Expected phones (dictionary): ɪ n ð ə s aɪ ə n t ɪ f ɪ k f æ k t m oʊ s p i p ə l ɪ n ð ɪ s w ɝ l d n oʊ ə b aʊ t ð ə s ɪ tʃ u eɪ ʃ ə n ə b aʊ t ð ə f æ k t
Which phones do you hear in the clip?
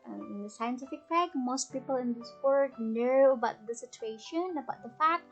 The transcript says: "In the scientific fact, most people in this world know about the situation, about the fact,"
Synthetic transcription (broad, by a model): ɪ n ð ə s aɪ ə n t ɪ f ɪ k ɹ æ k m oʊ s p i p ə l ɪ n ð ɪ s w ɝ d n oʊ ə b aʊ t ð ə s ɪ tʃ u eɪ ʃ ə n ə b aʊ t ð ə f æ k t